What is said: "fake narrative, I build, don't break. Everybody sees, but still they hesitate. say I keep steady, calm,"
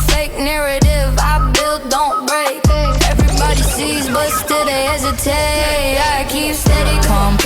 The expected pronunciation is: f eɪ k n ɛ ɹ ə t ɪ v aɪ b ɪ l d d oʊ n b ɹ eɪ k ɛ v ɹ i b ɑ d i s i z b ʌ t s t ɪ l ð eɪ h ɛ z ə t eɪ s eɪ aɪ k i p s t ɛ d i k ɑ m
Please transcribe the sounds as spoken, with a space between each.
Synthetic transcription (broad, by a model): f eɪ k n ɛ ɹ ə t ɪ v aɪ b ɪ l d d oʊ n b ɹ eɪ k ɛ v ɹ i b ɑ d i s i z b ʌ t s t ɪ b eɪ h ɛ z ə t eɪ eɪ aɪ k i p s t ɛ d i k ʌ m